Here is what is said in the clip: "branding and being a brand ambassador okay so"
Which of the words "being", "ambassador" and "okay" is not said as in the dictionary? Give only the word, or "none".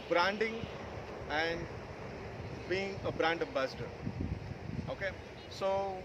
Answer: ambassador